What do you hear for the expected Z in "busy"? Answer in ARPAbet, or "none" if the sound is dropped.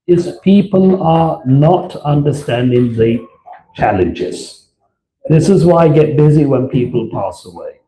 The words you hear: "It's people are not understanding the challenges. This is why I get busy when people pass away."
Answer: Z